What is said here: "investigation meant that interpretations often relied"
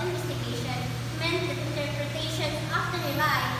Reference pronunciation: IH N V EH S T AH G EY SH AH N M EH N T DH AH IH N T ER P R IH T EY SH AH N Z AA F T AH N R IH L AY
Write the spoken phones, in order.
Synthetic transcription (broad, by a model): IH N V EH S T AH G EY SH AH N M EH N T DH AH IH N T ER P R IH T EY SH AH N AA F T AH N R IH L AY